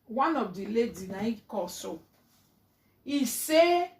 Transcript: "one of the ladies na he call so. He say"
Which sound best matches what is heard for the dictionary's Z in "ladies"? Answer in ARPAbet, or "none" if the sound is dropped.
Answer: none